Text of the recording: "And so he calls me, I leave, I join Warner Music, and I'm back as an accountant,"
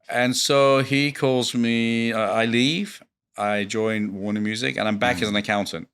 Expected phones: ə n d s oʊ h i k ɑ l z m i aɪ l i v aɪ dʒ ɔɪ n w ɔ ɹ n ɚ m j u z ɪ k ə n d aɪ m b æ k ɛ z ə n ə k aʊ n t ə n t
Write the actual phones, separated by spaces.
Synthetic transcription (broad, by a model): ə n s oʊ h i k ɑ l z m i aɪ l i v aɪ dʒ ɔɪ n w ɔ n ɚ m j u z ɪ k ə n aɪ m b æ k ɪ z ə n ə k aʊ n t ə n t